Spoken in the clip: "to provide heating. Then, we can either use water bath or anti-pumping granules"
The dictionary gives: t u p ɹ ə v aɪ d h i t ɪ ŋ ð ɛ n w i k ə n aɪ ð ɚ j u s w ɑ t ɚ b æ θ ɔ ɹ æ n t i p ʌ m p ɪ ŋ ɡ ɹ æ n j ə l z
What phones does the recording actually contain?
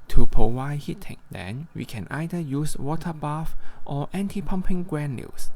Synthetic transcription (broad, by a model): t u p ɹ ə w aɪ h i t ɪ ŋ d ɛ n w i k ə n aɪ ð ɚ j u s w ɑ t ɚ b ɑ f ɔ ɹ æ n t i p ʌ m p ɪ ŋ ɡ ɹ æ n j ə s